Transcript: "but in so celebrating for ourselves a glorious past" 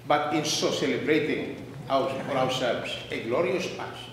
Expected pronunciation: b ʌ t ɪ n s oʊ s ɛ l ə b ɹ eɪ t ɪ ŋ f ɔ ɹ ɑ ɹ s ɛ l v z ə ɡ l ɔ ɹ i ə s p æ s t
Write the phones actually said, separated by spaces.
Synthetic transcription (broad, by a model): b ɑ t ɪ n s oʊ s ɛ l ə b ɹ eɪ t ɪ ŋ f ɔ ɹ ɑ w s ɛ l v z ə ɡ l ɔ ɹ i ə s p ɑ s